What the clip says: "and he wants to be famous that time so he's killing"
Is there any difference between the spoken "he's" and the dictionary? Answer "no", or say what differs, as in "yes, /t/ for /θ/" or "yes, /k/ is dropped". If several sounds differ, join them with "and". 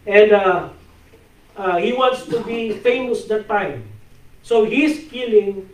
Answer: yes, /s/ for /z/